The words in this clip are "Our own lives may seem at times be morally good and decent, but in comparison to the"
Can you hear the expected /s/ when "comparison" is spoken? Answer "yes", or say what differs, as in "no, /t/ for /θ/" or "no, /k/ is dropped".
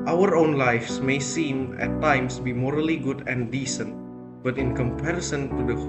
yes